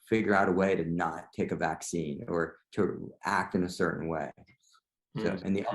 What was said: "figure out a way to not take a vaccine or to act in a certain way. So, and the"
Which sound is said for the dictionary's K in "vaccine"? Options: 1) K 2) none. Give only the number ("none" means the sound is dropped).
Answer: 1